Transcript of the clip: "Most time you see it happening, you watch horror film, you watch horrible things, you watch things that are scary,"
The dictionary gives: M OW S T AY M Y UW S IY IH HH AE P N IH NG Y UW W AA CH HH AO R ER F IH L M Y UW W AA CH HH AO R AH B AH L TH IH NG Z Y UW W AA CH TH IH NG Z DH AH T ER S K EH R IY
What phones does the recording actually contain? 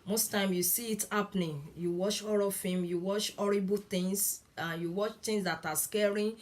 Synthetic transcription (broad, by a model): M OW S T AY M Y UW S IY IH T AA P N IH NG Y UW W AA CH AO R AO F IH M Y UW W AA CH AO R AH B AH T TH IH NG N Y UW W AA CH T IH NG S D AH T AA S K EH R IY